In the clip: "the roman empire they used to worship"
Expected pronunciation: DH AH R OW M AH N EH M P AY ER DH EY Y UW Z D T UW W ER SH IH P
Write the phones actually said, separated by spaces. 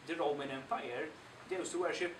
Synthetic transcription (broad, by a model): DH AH R OW M AH N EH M F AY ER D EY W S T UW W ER SH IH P